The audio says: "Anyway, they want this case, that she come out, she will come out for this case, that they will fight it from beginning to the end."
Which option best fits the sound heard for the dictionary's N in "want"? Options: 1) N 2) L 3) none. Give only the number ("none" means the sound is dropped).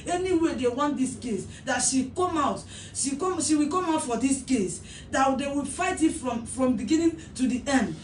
1